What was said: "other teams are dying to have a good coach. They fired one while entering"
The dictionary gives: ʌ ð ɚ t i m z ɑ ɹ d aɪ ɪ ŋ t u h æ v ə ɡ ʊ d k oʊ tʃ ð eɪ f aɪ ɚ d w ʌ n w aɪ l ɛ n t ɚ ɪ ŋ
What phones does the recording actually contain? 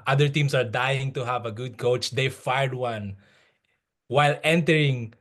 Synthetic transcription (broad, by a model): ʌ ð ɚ t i m s ɑ ɹ d aɪ ɪ ŋ t u h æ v ə ɡ ʊ d k oʊ tʃ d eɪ f aɪ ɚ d w ʌ n w aɪ l ɛ n t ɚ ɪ ŋ